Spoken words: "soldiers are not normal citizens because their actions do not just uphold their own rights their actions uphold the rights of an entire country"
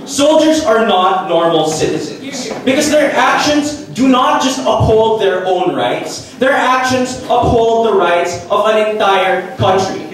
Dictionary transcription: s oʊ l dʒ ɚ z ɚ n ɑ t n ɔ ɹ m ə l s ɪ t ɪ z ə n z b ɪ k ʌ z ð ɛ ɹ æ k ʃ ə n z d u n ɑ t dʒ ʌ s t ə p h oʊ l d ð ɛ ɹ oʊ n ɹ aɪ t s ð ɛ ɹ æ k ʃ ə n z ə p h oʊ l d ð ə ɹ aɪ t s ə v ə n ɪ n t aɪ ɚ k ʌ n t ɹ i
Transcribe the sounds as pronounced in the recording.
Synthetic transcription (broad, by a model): s oʊ l dʒ ɚ z ɚ n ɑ t n ɔ ɹ m l s ɪ t ɪ z ə n z b ɪ k ʌ z ð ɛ ɹ æ k ʃ ə n z d u n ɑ t dʒ ʌ s t ə p h oʊ l d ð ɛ ɹ oʊ n ɹ aɪ t s ð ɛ ɹ æ k ʃ ə n z ə p h oʊ l d ð ə ɹ aɪ t s ə v ə n ɪ n t aɪ ɚ k ʌ n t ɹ i